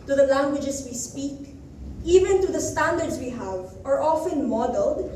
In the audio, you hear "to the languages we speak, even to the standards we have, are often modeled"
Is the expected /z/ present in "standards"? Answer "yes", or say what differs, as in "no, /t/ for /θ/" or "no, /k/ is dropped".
no, /s/ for /z/